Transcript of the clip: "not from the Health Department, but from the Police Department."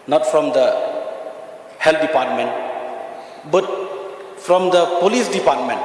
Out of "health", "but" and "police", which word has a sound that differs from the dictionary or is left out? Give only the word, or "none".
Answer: health